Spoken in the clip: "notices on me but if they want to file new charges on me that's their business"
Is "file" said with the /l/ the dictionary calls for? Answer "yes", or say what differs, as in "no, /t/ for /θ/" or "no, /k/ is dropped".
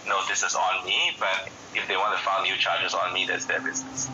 no, /n/ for /l/